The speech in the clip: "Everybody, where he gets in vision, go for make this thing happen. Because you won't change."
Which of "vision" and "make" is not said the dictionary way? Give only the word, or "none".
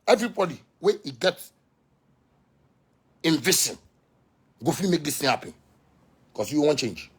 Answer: vision